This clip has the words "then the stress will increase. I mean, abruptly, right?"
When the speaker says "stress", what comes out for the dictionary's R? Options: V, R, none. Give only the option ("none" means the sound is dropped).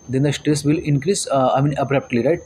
R